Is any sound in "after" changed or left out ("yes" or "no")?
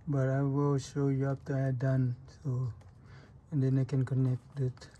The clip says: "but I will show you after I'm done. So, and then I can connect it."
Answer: yes